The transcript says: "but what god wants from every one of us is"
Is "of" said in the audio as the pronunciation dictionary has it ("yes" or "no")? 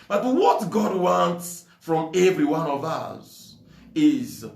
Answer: yes